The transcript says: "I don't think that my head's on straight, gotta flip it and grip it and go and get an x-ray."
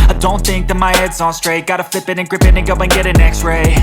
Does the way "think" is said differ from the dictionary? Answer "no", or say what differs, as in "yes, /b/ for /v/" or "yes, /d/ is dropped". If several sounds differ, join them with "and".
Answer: no